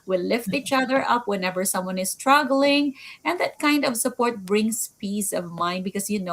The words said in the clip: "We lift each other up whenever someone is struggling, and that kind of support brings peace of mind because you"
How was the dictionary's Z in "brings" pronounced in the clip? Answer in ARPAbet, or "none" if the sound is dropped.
S